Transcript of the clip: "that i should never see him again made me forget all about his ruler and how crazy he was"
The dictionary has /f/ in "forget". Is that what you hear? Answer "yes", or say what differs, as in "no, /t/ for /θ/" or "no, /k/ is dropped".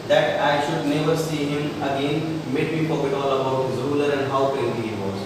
no, /p/ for /f/